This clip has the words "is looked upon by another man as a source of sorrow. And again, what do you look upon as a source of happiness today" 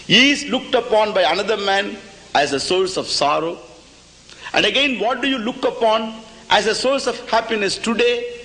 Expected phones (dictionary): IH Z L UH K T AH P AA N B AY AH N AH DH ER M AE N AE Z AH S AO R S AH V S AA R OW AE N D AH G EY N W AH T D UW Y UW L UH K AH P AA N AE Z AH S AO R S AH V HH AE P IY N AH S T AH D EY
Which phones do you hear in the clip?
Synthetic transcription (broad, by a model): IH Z L UH K T AH P AA N B AY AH N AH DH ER M AE N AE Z AH S AO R S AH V S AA R OW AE N D AH G EY N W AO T D UW Y UW L UH K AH P AA N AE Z AH S AO R S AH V HH AE P IY N AH S T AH D EY